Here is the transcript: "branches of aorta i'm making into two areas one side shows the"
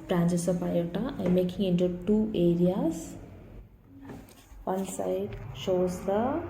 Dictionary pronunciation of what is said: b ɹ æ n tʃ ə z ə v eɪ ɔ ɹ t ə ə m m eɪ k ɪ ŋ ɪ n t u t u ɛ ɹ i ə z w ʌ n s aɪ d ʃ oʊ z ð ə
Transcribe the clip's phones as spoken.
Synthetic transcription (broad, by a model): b ɹ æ n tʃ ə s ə p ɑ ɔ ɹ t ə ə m m eɪ k ɪ ŋ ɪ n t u t u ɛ ɹ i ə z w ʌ n s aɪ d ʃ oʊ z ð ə